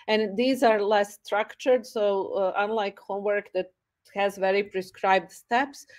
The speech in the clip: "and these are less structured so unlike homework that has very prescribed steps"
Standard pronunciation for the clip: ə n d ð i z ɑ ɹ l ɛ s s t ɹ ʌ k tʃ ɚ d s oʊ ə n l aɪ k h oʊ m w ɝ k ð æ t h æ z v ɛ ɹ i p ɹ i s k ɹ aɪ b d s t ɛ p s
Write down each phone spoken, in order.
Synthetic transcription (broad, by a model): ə n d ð i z ɑ ɹ l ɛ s s t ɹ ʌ k tʃ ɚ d s oʊ ə n l aɪ k h oʊ m w ɝ k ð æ t h æ z v ɛ ɹ i p ɹ i s k ɹ aɪ b d s t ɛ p s